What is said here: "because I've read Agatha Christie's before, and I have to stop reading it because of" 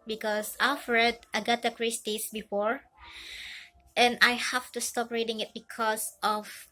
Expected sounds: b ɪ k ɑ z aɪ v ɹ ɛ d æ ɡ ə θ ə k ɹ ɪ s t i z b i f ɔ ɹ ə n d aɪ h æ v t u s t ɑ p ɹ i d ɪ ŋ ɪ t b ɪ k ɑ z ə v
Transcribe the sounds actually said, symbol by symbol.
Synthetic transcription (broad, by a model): b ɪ k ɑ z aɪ f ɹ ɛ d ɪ ɡ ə t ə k ɹ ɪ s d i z b i f ɔ ɹ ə n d aɪ h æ f t u s t ɑ p ɹ i d ɪ ŋ ɪ t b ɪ k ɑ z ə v